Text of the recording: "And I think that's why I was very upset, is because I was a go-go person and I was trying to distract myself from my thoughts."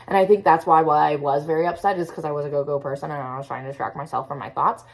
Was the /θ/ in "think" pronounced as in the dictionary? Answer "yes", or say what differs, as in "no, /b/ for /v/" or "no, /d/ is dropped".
yes